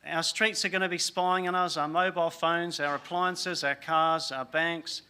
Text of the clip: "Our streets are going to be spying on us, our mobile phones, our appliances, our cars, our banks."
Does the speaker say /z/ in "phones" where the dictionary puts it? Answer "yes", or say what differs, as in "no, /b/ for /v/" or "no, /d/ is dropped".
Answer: yes